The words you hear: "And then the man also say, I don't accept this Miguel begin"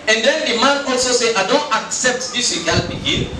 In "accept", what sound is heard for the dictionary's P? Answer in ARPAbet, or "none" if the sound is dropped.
P